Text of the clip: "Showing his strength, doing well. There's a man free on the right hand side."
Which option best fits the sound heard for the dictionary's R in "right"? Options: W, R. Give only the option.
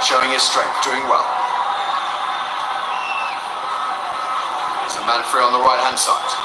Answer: W